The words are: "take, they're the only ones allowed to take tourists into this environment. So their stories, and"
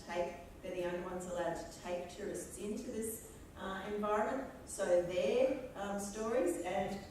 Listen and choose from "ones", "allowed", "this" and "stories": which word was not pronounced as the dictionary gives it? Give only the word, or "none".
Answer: none